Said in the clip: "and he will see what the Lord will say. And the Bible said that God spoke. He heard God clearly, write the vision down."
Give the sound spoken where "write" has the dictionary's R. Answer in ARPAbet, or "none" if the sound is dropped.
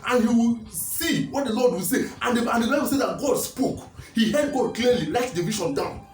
L